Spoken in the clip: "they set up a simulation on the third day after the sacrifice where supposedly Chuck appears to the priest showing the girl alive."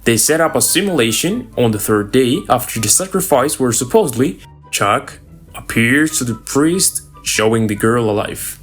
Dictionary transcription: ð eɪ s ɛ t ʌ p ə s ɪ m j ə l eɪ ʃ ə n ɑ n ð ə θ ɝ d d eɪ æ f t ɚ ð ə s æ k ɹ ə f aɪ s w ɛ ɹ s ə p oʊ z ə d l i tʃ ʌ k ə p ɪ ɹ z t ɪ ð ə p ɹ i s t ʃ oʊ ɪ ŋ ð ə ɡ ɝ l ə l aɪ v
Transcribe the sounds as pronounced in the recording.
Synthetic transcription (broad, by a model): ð eɪ s ɛ t ʌ p ə s ɪ m j ə l eɪ ʃ ə n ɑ n ð ə θ ɝ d d eɪ æ f t ɚ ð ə s æ k ɹ ə f aɪ s w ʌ ɹ s ə p oʊ z ə d l i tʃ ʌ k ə p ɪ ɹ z t ɪ ð ə p ɹ i s t ʃ oʊ ɪ ŋ ð ə ɡ ɝ l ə l aɪ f